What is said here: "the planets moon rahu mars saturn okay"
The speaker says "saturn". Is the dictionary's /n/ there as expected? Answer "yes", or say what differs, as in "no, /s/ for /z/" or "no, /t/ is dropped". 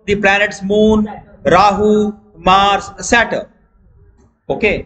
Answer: no, /n/ is dropped